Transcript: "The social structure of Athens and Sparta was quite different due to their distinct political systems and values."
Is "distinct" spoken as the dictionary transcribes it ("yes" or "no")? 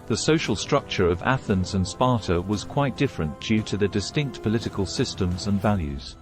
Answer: yes